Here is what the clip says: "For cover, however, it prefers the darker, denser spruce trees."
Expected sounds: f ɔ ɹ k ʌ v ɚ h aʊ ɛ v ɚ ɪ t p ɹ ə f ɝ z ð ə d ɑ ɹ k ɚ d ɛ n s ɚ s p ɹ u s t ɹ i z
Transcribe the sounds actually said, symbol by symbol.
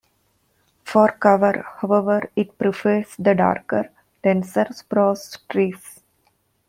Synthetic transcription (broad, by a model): f ɔ ɹ k ʌ v ɚ h aʊ ɛ v ɚ ɪ t p ɹ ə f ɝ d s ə d ɑ ɹ k ɚ d ɛ n s ɚ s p ɹ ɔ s t ɹ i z